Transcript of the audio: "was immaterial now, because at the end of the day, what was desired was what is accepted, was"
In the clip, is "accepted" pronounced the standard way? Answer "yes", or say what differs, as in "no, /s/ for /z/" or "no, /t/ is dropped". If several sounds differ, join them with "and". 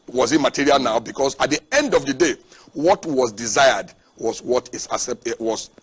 no, /k/ is dropped